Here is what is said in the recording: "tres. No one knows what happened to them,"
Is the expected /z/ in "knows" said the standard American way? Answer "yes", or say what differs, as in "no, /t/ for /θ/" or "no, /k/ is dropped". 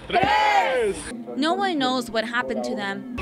yes